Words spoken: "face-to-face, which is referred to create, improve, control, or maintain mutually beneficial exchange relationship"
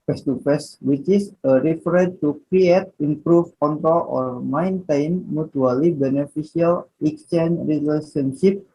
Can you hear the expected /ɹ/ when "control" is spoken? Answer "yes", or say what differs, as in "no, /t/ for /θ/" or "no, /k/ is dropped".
no, /ɹ/ is dropped